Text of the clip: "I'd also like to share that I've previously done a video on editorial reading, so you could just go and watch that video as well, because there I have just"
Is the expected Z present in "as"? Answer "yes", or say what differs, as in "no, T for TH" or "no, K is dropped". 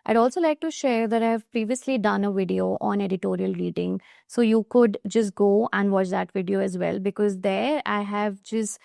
yes